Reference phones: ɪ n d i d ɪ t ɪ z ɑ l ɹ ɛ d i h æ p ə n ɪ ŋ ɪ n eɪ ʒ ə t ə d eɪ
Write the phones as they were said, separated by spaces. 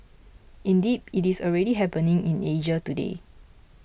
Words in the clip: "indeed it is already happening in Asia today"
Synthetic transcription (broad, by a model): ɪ n d i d ɪ t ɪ s ɑ l ɹ ɛ d i h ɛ p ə n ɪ ŋ ɪ n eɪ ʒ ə t ə d eɪ